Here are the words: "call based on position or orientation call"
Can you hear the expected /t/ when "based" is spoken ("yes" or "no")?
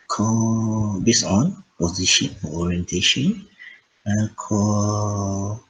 no